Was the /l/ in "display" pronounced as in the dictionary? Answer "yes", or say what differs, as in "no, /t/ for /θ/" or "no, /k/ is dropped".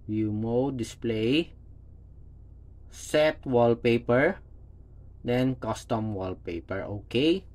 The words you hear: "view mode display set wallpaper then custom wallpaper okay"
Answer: yes